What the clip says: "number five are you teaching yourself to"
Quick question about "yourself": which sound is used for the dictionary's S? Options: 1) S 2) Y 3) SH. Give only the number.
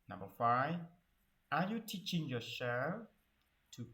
3